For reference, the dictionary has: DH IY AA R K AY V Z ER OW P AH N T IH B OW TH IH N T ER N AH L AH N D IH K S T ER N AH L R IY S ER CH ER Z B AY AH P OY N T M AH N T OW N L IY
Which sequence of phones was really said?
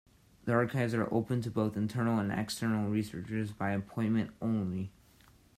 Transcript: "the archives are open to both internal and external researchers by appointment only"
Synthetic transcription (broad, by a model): DH IY AA R K AY V Z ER OW P AH N T IH B OW TH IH N T ER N L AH N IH K S T ER N L R IY S ER CH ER Z B AY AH P OY N M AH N T OW N L IY